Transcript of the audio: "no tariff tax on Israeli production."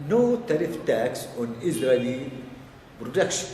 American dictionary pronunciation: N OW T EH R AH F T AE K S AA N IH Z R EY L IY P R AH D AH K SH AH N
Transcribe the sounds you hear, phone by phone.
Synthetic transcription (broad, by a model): N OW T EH R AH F T AE K S AA N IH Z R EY L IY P R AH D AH K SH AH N